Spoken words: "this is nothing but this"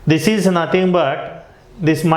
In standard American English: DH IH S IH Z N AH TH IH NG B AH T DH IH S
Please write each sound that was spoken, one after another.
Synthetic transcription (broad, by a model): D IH S IH Z N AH T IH NG B AH T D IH S